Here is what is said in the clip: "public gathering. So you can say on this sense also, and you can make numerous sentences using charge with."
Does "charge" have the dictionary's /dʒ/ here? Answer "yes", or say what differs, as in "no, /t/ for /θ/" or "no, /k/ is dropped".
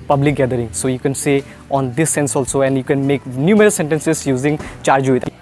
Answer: yes